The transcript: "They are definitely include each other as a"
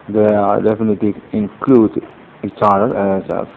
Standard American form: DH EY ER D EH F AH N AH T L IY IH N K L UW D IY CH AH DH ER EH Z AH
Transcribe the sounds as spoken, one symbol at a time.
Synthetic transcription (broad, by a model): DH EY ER D EH F AH N AH T L IY IH N K L UW D IY CH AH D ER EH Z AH